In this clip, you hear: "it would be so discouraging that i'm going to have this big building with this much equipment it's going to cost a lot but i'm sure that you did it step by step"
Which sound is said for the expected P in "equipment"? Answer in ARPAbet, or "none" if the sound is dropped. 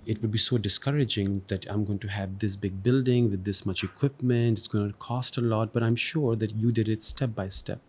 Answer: P